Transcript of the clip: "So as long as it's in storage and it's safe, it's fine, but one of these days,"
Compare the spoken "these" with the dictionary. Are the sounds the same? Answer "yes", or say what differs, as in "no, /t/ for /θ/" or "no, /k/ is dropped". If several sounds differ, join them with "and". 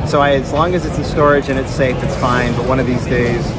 yes